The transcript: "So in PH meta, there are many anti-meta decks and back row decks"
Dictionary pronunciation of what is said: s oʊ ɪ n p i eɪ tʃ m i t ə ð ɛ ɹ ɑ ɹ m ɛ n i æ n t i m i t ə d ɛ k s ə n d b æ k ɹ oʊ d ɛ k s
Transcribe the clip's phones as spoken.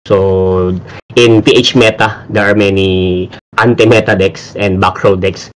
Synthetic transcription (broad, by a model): s oʊ ɪ n p i eɪ tʃ m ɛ t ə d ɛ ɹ ɑ ɹ m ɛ n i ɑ n t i m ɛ t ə d ɛ k s ə n d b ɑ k ɹ oʊ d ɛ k s